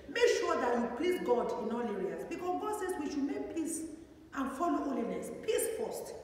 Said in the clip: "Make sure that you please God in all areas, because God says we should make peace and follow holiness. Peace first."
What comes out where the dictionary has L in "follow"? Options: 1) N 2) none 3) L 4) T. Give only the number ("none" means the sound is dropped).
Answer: 3